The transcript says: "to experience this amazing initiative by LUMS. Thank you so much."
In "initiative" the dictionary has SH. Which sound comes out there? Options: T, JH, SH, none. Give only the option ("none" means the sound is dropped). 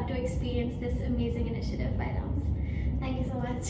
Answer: SH